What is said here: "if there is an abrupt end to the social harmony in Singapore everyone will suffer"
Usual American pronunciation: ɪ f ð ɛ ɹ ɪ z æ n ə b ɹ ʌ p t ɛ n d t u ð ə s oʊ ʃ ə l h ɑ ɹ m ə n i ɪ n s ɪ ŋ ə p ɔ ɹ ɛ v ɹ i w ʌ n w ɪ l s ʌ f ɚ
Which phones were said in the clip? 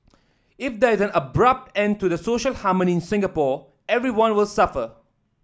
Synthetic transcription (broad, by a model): ɪ f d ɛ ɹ ɪ z æ n ə b ɹ ʌ p t ɛ n d t u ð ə s oʊ ʃ ə l h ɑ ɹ m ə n i ɪ n s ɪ ŋ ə p ɔ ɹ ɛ v ɹ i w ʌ n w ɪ l s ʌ f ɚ